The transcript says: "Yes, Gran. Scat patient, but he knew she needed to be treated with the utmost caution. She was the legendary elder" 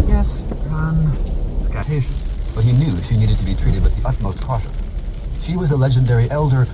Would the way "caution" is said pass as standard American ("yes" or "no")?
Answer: no